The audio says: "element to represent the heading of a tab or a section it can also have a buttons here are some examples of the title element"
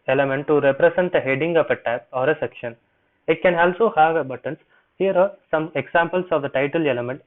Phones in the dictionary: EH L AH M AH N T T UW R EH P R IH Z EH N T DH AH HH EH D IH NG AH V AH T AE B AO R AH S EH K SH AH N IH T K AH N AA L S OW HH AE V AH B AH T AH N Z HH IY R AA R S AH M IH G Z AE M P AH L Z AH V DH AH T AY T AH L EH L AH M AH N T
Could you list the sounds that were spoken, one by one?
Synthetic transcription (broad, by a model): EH L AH M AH N T T UW R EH P R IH S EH N T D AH HH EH D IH NG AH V AH T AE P AO R AH S EH K SH AH N IH T K AH N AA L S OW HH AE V AH B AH T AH N S HH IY R AA R S AH M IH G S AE M P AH L S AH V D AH T AY T AH L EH L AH M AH N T